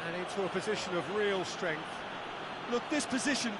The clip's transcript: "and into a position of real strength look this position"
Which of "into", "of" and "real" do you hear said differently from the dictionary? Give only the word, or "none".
none